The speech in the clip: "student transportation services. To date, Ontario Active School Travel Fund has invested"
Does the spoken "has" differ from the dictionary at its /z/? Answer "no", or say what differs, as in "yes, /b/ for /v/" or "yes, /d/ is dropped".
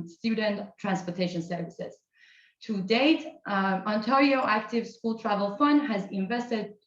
no